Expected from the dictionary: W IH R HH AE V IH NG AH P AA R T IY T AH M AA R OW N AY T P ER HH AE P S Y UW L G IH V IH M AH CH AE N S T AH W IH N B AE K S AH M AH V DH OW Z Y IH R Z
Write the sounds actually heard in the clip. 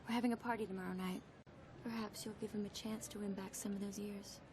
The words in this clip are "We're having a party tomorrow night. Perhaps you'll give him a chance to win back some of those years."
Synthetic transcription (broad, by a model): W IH R HH AE V IH NG AH P AA R T IY T AH M AA R OW N AY T P ER HH AE P S Y UW L G IH V IH M AH CH AE N S T AH W IH N B AE K S AH M AH V DH OW Z Y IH R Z